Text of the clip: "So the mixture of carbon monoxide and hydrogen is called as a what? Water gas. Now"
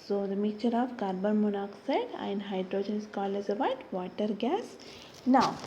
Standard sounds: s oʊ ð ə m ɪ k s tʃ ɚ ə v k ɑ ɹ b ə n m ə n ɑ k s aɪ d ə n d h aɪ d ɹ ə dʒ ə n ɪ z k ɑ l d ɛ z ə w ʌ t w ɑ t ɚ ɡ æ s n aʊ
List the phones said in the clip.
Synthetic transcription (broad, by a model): s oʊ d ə m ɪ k tʃ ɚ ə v k ɑ ɹ b ə n m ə n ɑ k s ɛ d ə n d h aɪ d ɹ ə dʒ ə n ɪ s k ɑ l ɛ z ə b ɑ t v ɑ t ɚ ɡ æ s n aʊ